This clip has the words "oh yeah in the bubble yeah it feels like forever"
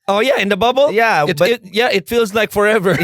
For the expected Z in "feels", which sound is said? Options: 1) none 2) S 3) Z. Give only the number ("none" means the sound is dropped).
3